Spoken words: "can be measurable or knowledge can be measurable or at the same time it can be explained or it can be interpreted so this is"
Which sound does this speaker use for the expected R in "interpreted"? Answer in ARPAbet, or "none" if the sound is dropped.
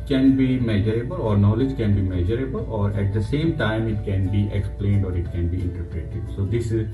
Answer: R